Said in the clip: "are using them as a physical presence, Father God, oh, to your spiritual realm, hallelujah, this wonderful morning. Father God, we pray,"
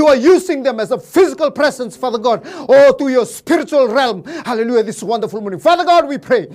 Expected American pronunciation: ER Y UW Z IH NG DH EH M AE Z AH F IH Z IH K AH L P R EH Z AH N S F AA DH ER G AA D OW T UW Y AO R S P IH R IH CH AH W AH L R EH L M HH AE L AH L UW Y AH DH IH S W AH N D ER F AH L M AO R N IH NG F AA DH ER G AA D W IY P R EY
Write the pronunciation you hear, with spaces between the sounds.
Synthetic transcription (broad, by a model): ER Y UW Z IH NG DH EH M AE Z AH F IH Z IH K AH L P R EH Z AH N S F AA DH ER G AA D OW T UW Y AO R S P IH R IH CH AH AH L R EH L M HH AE L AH L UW Y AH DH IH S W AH N D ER F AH L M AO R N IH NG F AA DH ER G AA D W IY P R EY